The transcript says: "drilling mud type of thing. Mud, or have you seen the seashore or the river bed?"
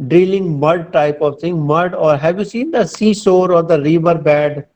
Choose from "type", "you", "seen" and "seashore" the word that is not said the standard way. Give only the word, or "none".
seashore